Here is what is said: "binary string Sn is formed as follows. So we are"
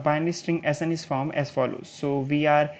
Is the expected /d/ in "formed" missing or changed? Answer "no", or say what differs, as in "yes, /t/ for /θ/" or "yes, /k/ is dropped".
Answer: yes, /d/ is dropped